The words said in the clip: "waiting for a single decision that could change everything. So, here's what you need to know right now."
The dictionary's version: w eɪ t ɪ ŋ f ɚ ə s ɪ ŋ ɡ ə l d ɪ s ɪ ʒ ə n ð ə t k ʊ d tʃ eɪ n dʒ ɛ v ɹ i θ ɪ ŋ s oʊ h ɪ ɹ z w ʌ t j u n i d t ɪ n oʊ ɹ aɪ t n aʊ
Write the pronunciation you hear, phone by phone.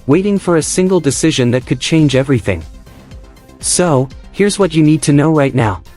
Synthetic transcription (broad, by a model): w eɪ t ɪ ŋ f ɚ ə s ɪ ŋ ɡ l d ɪ s ɪ ʒ ə n ð ə t k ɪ d tʃ eɪ n dʒ ɛ v ɹ i θ ɪ ŋ s oʊ h ɪ ɹ z w ʌ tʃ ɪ n i d t ɪ n oʊ ɹ aɪ t n aʊ